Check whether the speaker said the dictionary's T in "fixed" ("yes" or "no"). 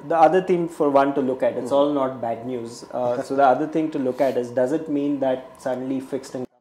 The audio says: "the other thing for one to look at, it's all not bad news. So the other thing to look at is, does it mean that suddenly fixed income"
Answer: yes